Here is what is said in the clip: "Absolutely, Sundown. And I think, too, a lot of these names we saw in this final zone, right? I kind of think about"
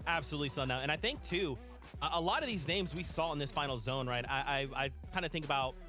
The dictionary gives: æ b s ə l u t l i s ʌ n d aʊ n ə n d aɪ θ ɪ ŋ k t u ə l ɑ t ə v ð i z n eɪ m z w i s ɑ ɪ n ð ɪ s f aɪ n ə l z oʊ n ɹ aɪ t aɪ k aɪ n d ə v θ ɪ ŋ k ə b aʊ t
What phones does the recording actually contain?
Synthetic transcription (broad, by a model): æ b s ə l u t l i s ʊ n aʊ ə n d aɪ θ ɪ ŋ k t u ə l ɑ t ə v ð i z n eɪ m z w i s ɑ ɪ n ð ɪ s f aɪ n l z oʊ n ɹ aɪ t aɪ k aɪ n d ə θ ɪ ŋ k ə b aʊ t